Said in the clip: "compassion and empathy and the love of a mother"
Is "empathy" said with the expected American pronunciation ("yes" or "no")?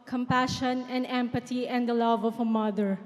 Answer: no